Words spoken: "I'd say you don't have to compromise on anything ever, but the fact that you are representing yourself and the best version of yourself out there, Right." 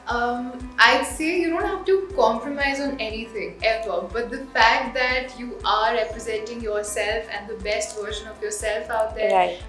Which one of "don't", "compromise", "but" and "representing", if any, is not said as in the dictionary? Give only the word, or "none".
none